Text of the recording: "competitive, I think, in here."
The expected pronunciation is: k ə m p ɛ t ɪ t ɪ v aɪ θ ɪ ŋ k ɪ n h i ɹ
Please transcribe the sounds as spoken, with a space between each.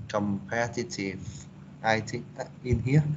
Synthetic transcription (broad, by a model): k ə m p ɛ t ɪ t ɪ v aɪ t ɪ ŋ ɪ n h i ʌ